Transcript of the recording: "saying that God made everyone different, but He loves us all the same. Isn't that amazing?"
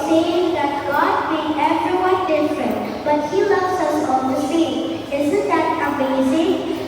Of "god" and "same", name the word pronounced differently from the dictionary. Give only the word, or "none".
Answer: same